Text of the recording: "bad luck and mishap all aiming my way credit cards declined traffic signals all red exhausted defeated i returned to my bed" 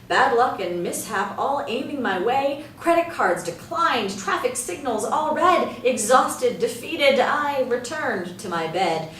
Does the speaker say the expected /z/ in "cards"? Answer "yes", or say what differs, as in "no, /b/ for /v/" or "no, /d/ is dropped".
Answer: yes